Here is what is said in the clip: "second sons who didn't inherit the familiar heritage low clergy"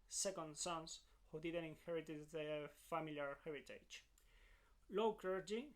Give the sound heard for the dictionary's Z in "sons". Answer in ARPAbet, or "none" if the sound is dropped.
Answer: S